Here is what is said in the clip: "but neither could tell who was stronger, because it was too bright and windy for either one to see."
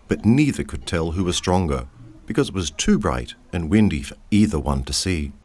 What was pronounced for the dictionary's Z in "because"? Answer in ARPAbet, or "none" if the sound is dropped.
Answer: Z